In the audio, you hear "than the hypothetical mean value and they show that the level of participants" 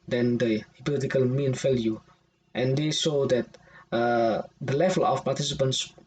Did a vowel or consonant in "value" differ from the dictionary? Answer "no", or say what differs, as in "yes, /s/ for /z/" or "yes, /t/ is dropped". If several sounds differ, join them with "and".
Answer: yes, /f/ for /v/